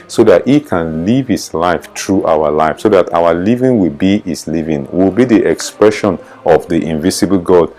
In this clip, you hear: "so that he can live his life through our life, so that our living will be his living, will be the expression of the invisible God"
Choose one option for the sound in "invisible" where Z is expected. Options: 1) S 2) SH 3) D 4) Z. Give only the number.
1